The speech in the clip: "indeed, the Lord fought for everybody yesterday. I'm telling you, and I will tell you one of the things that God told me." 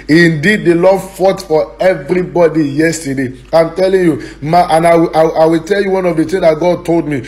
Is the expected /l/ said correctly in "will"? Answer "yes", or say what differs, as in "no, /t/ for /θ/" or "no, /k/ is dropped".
no, /w/ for /l/